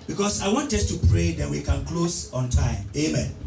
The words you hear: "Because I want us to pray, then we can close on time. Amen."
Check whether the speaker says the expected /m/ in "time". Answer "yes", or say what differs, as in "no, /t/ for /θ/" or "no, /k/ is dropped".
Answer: yes